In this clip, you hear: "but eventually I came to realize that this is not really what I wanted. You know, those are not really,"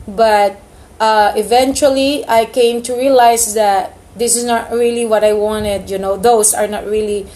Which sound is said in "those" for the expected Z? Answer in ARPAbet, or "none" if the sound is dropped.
S